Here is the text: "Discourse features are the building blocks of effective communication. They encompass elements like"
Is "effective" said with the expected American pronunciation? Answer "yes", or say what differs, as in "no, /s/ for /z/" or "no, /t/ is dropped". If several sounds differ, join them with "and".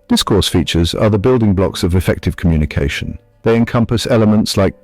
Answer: yes